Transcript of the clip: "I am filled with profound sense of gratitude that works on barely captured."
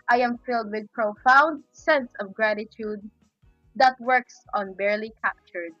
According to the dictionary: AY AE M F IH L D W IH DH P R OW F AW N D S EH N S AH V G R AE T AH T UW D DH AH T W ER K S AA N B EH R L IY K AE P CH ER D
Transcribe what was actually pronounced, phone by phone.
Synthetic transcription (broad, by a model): AY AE M F IH L D W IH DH P R OW F AW N D S EH N S AH V G R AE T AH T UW D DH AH T W ER K S AA N B EH R L IY K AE P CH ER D